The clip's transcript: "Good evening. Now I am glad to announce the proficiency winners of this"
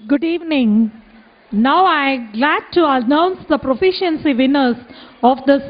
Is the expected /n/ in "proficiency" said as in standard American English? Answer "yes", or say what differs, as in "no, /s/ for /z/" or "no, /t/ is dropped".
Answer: yes